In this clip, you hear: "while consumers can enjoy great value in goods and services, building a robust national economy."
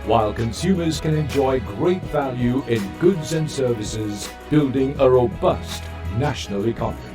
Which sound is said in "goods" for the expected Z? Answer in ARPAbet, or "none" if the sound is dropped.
Z